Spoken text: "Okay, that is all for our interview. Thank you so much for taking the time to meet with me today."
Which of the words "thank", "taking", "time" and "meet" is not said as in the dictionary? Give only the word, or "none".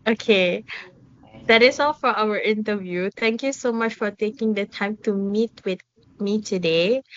thank